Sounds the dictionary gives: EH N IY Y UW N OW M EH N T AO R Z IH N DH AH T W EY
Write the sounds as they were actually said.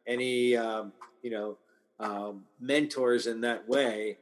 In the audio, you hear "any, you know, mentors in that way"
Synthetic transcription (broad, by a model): EH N IY Y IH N OW M EH N T AO R Z IH N DH AH T W EY